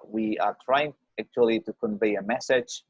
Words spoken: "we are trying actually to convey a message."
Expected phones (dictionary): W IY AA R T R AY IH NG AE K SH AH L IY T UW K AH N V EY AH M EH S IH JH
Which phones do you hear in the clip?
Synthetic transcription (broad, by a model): W IY AA R T R AY IH NG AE K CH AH L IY T UW K AH N V EY AH M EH S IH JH